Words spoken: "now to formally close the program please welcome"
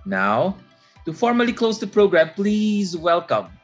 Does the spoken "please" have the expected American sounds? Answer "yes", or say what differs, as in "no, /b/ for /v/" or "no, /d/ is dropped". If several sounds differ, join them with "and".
yes